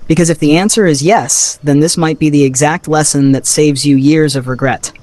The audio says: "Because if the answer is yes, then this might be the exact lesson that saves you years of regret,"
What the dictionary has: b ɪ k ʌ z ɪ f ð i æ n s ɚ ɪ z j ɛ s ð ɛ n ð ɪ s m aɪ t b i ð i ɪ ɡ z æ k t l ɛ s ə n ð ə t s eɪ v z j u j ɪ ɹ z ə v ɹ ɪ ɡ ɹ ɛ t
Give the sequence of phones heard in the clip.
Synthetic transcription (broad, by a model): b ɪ k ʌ z ɪ f ð i æ n s ɚ ɪ z j ɛ s ð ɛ n ð ɪ s m aɪ t b i ð i ɪ ɡ z æ k t l ɛ s ə n ð ə t s eɪ v z j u j ɪ ɹ z ə v ɹ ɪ ɡ ɹ ɛ t